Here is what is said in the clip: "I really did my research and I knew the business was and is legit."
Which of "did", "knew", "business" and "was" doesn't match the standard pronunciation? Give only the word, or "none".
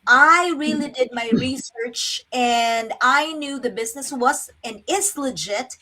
none